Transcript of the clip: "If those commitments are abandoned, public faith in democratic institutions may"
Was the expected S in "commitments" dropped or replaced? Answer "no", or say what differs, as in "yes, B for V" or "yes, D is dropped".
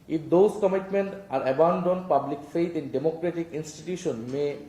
yes, S is dropped